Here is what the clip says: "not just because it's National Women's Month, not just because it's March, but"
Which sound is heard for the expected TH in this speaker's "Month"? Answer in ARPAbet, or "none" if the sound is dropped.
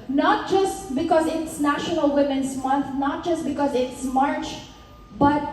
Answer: T